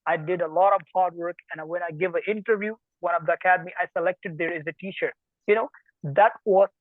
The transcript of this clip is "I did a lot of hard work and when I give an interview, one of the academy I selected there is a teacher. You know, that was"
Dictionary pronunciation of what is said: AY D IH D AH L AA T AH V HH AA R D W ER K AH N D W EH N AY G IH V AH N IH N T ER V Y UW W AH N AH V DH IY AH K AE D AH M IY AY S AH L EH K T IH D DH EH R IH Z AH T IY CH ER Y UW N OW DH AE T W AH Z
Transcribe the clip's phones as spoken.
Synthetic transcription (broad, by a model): AY D IH D AH L AA T AH V HH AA R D W ER K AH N W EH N AY G IH V AH N IH N T ER V Y UW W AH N AH V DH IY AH K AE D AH M IY AY S AH L EH K T IH D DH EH R IH Z AH T IY CH ER Y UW N OW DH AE T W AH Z